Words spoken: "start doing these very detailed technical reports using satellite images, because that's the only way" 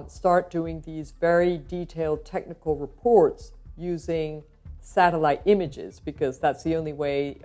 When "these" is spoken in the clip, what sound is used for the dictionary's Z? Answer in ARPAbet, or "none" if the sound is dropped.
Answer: Z